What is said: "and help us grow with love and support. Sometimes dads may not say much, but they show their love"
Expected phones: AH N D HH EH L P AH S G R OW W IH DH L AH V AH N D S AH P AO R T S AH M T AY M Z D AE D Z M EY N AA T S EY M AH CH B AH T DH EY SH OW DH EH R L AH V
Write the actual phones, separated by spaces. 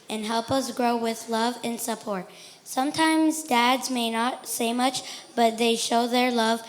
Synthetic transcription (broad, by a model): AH N HH EH L P AH S G R OW W IH DH L AH V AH N S AH P AO R T S AH M T AY M Z D AE D Z M EY N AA T S EY M AH CH B AH T DH EY SH OW DH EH R L AH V